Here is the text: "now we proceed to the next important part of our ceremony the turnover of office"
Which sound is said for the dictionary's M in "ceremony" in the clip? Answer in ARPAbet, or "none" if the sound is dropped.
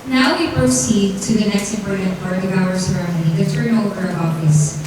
none